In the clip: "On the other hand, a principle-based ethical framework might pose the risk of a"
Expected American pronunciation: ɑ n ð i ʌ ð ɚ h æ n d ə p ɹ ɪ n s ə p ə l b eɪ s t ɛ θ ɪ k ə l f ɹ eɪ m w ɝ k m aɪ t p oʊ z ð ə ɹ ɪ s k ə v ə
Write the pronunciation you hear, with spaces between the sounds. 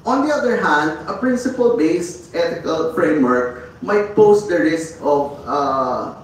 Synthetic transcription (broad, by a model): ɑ n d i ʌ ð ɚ h æ n d ə p ɹ ɪ n s ə p ə l b eɪ s t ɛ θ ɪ k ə l f ɹ eɪ m w ɝ k m aɪ t p oʊ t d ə ɹ ɪ s k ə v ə